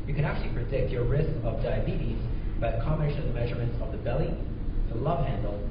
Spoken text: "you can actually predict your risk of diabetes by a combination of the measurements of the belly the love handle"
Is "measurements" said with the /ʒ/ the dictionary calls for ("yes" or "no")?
yes